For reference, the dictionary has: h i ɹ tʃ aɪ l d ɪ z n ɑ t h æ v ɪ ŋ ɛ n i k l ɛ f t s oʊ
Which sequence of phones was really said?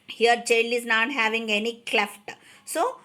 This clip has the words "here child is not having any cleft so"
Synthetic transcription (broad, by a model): h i ɹ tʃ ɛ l ɪ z n ɑ t h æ v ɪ ŋ ɛ n i k l ɛ f t s oʊ